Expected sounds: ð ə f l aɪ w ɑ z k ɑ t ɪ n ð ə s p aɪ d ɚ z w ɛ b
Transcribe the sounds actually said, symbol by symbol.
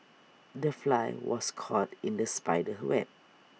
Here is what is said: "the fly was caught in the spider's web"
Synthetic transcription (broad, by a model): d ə f l aɪ w ɑ s k ɑ t ɪ n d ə s p aɪ d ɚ w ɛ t